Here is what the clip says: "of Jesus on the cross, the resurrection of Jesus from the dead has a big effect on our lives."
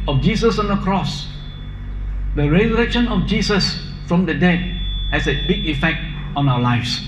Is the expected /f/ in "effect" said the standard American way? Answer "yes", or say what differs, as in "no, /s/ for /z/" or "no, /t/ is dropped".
yes